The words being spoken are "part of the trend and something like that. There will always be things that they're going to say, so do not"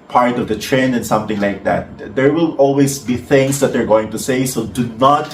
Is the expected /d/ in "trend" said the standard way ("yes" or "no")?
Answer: no